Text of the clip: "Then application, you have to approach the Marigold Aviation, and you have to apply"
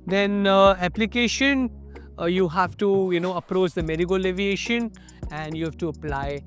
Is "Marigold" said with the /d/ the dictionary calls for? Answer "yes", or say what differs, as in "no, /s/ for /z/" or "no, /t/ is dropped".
no, /d/ is dropped